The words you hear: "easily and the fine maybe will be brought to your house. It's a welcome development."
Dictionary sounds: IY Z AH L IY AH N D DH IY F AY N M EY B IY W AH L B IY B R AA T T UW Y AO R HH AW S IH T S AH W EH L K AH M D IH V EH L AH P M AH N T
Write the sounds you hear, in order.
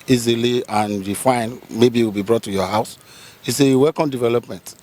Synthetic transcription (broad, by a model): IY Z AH L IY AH N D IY F AY N M EY B IY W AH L B IY B R AA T T UW Y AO HH AW S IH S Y AH W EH K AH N D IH V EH L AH P M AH N T